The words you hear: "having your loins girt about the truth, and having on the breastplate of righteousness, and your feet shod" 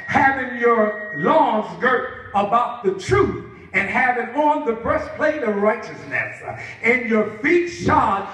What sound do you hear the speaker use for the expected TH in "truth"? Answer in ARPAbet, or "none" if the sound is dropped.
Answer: TH